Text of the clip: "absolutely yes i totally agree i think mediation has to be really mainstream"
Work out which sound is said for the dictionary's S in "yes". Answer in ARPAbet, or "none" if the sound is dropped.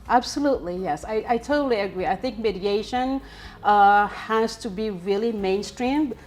S